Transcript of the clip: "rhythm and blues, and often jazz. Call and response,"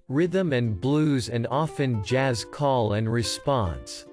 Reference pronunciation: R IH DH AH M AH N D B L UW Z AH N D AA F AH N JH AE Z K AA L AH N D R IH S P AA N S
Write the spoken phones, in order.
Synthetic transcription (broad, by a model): R IH DH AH M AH N B L UW Z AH N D AA F AH N JH AE Z K AA L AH N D R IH S P AA N S